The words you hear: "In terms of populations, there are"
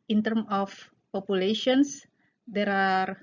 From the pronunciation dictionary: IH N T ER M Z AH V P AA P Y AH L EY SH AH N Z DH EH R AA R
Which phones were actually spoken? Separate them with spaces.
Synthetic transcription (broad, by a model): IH N T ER M AH F P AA P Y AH L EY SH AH N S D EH R AA R